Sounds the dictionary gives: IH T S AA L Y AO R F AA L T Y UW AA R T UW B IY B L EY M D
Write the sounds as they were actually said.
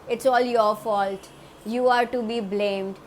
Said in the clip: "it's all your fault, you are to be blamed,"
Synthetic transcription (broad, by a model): IH T S AA L Y AO R F AA L T Y UW AA R T UW B IY B L EY M D